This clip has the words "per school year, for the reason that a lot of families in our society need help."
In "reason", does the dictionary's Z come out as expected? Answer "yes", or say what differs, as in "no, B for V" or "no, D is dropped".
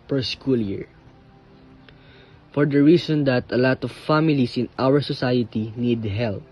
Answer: no, S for Z